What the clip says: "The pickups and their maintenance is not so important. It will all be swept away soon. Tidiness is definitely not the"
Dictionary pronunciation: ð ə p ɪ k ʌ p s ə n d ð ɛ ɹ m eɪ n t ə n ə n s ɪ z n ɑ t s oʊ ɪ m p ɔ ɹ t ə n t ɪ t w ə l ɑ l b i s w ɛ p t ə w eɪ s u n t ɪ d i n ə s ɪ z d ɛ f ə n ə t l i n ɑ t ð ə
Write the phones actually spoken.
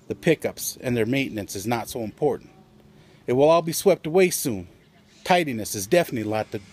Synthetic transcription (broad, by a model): ð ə p ɪ k ʌ p s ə n ð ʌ ɹ m eɪ n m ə n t s ɪ z n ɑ t s oʊ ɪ m p ɔ ɹ t n t ɪ t w ə l ɑ l b i s w ɛ p t ə w eɪ s u n t ɪ d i n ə s ɪ z d ɛ f ə n ə t l i l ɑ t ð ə